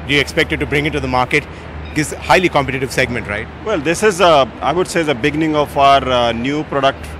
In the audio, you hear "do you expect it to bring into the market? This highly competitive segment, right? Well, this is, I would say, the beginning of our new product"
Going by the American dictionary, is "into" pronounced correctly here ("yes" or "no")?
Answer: no